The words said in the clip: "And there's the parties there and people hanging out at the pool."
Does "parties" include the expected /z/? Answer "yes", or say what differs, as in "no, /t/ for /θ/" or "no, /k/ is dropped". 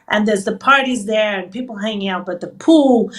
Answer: yes